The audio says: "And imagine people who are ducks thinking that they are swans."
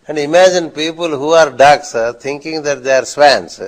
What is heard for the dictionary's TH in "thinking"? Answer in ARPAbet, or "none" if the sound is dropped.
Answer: T